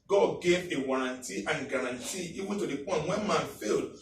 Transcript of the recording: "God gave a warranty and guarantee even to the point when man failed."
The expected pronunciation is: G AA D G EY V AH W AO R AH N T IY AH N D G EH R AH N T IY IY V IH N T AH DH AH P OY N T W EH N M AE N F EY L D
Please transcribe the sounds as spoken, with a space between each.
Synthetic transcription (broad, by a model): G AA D G EY V AH W AO R AH N T IY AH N G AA R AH N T IY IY W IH T AH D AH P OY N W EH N M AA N F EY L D